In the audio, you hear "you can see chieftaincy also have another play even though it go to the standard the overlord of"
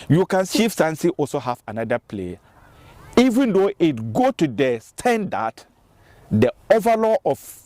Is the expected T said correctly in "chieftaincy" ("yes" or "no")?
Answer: no